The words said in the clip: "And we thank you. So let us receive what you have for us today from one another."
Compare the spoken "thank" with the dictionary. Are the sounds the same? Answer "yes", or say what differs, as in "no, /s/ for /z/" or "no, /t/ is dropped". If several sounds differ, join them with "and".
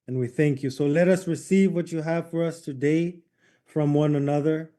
yes